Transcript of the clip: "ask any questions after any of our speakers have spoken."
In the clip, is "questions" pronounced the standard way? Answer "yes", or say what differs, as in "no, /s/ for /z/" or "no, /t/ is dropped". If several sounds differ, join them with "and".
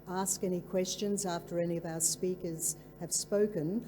yes